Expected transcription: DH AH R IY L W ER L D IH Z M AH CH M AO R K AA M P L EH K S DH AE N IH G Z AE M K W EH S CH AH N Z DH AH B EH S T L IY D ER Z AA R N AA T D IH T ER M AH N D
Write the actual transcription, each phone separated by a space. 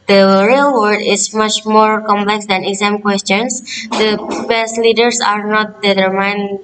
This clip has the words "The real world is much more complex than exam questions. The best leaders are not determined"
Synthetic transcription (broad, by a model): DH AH R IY L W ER D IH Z M AH CH M AO R K AA M P L EH K S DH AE N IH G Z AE M K W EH S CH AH N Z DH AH B EH S T L IY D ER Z AA R N AA T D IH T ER M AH N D